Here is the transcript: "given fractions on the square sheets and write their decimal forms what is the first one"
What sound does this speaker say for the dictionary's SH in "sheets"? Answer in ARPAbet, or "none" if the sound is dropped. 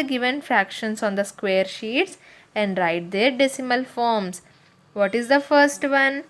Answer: SH